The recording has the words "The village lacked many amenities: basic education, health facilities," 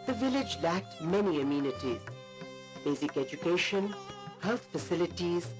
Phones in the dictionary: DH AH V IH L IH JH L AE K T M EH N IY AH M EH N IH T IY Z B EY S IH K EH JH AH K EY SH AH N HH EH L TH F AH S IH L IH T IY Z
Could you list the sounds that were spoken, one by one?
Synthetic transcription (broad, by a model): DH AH V IH L IH JH L AE K T M EH N IY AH M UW N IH T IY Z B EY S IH K EH JH AH K EY SH AH N HH EH L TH F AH S IH L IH T IY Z